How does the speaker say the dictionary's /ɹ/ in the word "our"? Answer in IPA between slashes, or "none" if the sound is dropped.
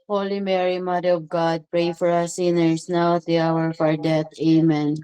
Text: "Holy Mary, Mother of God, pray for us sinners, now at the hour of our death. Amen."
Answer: /ɹ/